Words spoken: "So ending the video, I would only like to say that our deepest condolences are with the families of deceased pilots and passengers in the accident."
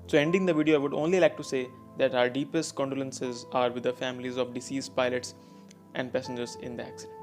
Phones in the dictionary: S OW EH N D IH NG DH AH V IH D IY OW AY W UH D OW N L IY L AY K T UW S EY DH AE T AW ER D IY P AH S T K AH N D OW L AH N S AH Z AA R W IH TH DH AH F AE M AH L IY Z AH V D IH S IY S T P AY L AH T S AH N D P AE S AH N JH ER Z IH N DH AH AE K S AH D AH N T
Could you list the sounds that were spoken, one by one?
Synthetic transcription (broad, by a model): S OW EH N D IH NG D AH V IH D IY OW AY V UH D OW N L IY L AY K T UW S EY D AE T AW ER D IY P AH S T K AH N D OW L AH N S AH Z AA R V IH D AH F AE M AH L IY Z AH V D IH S IY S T P AY L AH T S AH N D P AE S AH N JH ER Z IH N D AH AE K S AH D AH N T